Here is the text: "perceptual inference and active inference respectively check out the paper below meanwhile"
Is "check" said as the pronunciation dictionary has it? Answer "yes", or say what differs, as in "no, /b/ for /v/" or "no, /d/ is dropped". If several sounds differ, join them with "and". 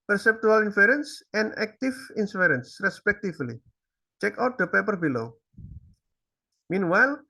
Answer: yes